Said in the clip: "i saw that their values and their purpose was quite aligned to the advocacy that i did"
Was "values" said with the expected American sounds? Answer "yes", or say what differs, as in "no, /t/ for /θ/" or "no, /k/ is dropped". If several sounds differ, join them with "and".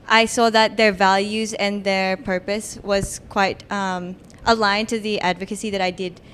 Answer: yes